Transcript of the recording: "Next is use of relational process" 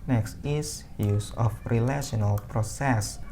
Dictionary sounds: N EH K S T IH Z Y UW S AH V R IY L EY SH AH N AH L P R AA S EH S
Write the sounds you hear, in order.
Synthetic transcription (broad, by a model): N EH K S T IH S Y UW S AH F R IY L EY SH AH N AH L P R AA S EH S